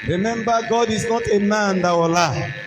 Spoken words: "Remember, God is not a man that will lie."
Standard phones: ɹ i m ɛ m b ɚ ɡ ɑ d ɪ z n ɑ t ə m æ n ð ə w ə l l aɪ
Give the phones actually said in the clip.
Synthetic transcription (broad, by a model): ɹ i m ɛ m b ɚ ɡ ɑ d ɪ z n ɑ t ə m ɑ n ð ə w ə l l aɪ